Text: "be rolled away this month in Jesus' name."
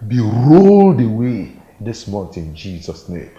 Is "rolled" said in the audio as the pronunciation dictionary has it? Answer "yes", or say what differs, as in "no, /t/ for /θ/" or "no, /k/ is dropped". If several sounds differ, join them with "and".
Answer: yes